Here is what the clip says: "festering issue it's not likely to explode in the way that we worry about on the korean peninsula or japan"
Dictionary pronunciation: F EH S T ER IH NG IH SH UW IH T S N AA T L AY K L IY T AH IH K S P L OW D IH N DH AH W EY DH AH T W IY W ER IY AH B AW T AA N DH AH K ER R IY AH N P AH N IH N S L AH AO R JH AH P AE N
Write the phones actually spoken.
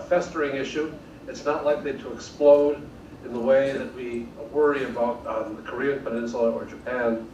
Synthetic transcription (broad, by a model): F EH S T ER IH NG IH SH UW IH T S N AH T L AY K L IY T AH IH K S P L OW D IH N DH AH W EY DH AH T W IY W ER IY AH B AW T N DH AH K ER R IY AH N P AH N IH N SH L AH R JH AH P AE N